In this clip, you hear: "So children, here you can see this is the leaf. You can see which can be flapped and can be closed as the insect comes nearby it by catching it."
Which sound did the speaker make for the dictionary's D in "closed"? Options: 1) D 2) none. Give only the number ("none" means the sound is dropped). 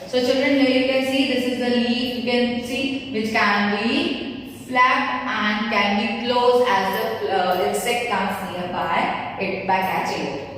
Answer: 2